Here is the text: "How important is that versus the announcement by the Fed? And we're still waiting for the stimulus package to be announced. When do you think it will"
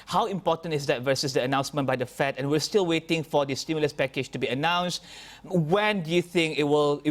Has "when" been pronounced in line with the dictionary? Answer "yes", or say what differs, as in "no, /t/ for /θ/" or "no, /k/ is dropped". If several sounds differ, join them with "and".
yes